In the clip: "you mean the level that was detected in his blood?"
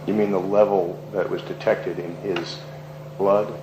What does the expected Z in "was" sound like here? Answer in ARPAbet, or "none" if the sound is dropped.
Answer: Z